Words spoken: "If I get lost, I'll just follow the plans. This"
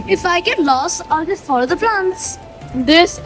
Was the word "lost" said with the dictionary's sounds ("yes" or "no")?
no